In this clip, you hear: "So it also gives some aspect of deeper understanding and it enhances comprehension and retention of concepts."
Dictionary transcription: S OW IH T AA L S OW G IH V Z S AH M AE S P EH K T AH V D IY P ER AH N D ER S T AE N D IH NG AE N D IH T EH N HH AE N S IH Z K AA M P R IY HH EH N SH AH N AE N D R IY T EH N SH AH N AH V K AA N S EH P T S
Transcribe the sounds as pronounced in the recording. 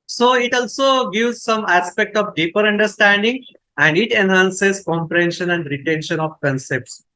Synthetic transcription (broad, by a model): S OW IH T AA L S OW G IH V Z S AH M AE S P EH K T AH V D IY P ER AH N D ER S T AE N D IH NG AE N D IH T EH N HH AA N S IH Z K AA M P R IY HH EH N SH AH N AE N D R IY T EH N SH AH N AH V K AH N S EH P T S